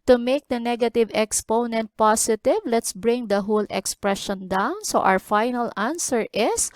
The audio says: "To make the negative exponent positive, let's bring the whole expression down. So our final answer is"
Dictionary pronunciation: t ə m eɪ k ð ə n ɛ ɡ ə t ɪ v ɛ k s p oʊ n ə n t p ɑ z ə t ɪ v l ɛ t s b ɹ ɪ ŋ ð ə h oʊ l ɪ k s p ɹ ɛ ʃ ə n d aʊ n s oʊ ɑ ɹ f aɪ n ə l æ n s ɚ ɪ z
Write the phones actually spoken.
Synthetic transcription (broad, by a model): t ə m eɪ k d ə n ɛ ɡ ə t ɪ v ɛ k s p oʊ n ə n t p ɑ s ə t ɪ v l ɛ t s b ɹ ɪ ŋ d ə h oʊ l ɪ k s p ɹ ɛ ʃ ə n d aʊ n s oʊ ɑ w f aɪ n ə l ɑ n s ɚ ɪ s